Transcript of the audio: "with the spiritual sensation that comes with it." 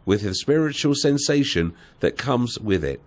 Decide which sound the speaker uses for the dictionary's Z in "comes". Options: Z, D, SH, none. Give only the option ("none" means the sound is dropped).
Z